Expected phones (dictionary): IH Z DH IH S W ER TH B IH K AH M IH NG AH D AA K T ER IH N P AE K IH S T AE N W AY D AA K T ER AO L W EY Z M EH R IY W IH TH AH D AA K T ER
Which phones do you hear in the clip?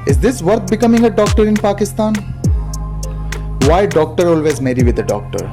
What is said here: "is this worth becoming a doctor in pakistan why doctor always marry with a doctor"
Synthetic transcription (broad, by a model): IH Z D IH S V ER T B IH K AH M IH NG AH D AA K T ER IH N P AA K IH S T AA N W AY D AA K T ER AO L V EY Z M EH R IY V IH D AH D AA K T ER